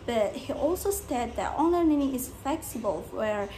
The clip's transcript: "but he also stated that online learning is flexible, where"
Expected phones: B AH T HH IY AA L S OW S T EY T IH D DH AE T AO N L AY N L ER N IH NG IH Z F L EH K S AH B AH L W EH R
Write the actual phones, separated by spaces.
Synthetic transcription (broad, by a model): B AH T HH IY AA L S OW S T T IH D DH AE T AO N AY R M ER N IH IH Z F L EH K S AH B AH L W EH R